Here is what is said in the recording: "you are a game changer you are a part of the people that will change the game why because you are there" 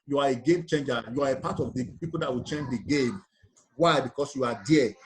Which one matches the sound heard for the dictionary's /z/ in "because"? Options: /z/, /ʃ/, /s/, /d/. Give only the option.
/s/